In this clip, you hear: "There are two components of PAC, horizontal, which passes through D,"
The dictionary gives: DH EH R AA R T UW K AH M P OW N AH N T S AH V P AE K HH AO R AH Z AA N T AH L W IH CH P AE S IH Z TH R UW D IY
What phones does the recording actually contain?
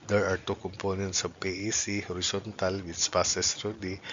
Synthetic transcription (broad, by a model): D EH R AA R T UW K AH M P OW N AH N T S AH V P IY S HH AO R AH S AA N T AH L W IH S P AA S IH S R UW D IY